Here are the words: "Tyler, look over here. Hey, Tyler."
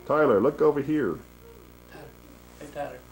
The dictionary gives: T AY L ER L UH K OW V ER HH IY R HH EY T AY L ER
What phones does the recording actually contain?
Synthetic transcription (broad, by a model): T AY L ER L UH K OW V ER HH IY R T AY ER